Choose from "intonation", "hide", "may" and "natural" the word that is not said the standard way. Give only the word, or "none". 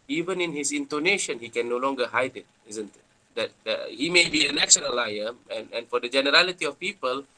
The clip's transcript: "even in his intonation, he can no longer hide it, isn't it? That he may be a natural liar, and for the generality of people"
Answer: natural